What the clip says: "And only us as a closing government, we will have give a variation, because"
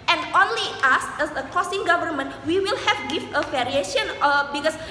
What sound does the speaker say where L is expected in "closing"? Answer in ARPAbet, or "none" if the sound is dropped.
none